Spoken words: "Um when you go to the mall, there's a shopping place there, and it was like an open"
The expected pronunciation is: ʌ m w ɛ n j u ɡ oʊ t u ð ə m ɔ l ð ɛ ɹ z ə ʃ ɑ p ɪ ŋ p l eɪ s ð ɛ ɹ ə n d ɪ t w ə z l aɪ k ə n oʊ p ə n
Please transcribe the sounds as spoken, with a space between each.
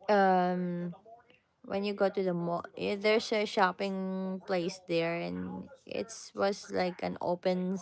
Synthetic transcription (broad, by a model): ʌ m w ɛ n j u ɡ oʊ t u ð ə m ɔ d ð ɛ ɹ s ə ʃ ɑ p ɪ ŋ p l eɪ s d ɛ ɹ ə n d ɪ t w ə s l aɪ k ə n oʊ p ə n